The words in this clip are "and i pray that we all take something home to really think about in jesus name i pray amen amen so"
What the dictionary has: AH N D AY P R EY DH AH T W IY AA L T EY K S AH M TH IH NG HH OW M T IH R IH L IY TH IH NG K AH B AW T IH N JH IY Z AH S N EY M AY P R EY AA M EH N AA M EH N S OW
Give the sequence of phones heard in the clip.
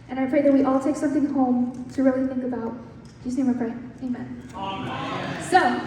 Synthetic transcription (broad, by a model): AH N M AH F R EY DH AH T W IY AA L T EY K S AH M TH IH NG HH OW M T IH R IH L IY TH IH NG K AH B AW T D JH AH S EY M AY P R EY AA EH AA M EH N S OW